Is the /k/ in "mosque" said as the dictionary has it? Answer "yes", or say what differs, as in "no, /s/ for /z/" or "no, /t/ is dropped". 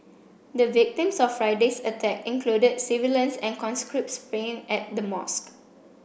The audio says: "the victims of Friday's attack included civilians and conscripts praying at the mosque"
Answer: yes